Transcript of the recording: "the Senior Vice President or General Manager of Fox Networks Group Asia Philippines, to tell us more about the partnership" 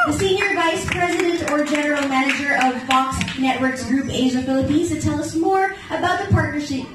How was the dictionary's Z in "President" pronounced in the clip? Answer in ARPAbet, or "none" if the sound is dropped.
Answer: Z